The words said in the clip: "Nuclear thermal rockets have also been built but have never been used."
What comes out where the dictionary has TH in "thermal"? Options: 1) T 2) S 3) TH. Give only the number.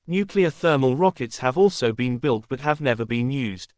3